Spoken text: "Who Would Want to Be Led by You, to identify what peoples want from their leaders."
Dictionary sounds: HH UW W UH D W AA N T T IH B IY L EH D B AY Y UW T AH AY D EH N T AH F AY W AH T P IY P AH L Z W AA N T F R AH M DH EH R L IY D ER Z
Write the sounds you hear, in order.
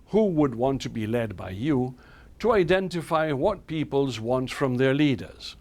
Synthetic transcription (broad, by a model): HH UW W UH D W AA N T T IH B IY L EH D B AY Y UW T AH AY D EH N T AH F AY W AH T P IY P AH L Z W AA N T F R AH M DH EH R L IY D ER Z